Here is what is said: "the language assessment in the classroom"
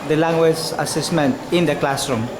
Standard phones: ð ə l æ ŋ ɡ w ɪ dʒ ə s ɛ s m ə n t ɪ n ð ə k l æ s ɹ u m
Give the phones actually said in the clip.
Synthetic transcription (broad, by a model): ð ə l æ ŋ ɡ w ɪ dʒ ə s ɛ s m ə n t ɪ n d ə k l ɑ s ɹ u m